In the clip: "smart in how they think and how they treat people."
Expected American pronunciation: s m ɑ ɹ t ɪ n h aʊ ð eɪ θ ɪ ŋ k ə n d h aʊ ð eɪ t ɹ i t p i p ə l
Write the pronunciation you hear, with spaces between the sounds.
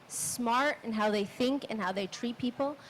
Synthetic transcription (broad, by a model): s m ɑ ɹ t ɪ n h aʊ ð eɪ θ ɪ ŋ k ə n h aʊ ð eɪ t ɹ i t p i p l